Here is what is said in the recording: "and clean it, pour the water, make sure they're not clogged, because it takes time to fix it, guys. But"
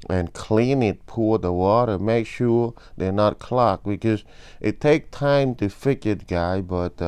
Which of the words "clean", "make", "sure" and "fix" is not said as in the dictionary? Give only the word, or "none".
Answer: fix